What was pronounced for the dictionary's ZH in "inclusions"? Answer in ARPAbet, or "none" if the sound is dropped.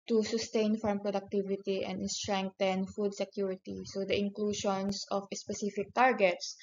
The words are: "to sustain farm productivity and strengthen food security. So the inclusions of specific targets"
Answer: SH